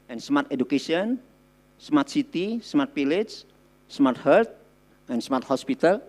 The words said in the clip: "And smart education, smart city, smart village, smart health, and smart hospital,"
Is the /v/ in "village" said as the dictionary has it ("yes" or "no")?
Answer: no